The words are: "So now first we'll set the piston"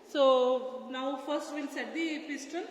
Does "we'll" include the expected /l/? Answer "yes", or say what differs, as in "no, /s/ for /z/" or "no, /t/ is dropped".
no, /n/ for /l/